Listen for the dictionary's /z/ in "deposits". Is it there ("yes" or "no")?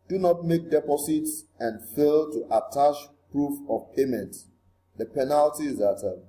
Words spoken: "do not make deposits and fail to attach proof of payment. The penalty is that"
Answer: no